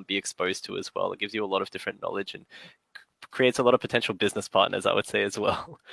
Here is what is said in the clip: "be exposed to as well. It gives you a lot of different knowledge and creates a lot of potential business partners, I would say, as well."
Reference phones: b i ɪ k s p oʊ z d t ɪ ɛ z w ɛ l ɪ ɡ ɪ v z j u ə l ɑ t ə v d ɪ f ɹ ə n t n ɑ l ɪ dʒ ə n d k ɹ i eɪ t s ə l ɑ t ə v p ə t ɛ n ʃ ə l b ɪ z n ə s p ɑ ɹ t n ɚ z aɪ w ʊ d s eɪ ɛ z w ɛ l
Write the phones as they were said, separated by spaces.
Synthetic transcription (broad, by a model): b i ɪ k s p oʊ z t ɪ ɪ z w ɛ l ɪ ɡ ɪ v z j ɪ ə l ɑ t ə v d ɪ f ɹ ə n n ɑ l ɪ dʒ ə n k ɹ i eɪ t s ə l ɑ t ə v p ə t ɛ n ʃ l b ɪ z n ə s p ɑ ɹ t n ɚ z aɪ w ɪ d s eɪ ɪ z w ɛ l